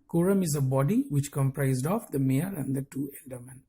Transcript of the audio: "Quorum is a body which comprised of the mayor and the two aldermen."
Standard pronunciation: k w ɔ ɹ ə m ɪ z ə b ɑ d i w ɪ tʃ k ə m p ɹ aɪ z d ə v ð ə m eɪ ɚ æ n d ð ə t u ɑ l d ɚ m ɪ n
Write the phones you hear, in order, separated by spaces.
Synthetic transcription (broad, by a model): k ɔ ɹ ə m ɪ z ə b ɑ d i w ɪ tʃ k ə m p ɹ aɪ z d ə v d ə m eɪ ɚ æ n d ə t u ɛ l d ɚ m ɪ n